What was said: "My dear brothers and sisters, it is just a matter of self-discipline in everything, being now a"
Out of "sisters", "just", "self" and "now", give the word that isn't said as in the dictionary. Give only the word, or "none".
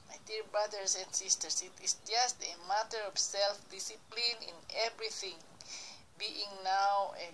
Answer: sisters